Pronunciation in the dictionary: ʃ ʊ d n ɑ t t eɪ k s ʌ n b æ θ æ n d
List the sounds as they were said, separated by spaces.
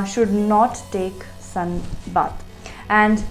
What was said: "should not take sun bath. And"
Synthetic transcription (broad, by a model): ʃ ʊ d n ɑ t t eɪ k s ʌ n b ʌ t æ n d